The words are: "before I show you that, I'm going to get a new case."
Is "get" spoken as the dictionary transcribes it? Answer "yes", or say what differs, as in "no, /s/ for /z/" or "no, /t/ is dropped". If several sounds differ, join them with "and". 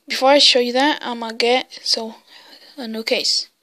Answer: no, /t/ is dropped